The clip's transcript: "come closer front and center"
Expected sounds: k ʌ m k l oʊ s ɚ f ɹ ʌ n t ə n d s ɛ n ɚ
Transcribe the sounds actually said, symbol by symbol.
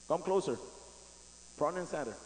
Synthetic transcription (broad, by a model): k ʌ m k l oʊ s ɚ p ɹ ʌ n ə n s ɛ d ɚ